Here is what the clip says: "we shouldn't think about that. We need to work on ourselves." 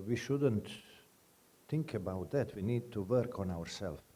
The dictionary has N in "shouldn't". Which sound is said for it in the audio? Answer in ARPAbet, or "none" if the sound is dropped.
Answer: N